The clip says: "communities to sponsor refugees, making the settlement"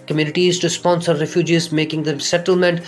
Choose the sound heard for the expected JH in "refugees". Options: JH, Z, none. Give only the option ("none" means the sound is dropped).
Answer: JH